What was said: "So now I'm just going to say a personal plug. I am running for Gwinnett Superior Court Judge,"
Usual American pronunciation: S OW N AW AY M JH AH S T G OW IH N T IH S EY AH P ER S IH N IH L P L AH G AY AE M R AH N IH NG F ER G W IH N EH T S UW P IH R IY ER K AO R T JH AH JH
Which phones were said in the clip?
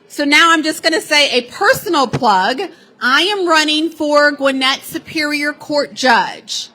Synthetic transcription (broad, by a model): S OW N AW AY M JH AH S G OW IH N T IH S EY AH P ER S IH N L P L AH G AY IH M R AH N IH NG F ER G W IH N EH T S UW P IH R IY ER K AO R T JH AH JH